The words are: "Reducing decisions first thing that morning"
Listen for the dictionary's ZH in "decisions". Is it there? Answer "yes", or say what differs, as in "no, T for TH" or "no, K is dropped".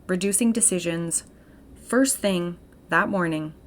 yes